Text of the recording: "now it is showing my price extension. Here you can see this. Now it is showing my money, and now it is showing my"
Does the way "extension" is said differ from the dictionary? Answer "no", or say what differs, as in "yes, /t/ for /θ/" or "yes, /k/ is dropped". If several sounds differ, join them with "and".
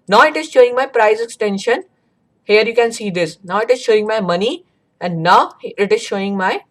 no